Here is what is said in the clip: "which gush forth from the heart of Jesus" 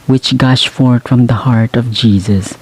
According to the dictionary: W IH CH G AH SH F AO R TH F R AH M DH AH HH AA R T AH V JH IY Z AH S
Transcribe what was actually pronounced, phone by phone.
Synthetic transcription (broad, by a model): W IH CH G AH SH F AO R T F R AH M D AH HH AA R T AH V JH IY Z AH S